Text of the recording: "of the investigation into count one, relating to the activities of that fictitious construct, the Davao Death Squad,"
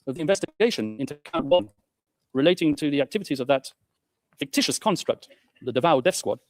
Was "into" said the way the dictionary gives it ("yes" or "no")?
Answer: yes